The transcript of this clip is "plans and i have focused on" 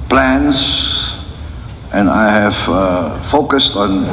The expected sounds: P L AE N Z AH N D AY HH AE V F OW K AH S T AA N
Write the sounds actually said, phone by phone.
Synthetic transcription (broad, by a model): P L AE N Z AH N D AY HH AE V F OW K AH S T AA N